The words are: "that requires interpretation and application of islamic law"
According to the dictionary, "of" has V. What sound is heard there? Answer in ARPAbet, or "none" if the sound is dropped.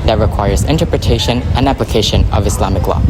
V